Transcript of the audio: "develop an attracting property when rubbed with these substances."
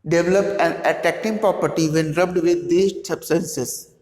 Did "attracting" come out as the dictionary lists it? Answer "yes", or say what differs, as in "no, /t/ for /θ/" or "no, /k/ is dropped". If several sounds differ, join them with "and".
no, /ɹ/ is dropped